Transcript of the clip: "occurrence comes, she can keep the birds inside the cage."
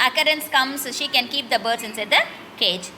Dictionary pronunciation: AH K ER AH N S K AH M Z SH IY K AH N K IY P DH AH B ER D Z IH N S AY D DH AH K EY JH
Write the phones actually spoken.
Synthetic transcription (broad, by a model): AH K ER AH N S K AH M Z SH IY K AH N K IY P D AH B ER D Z IH N S AY D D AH K EY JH